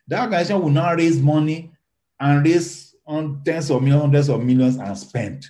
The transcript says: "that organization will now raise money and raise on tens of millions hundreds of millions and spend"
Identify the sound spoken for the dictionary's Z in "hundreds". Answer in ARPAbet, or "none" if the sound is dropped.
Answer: S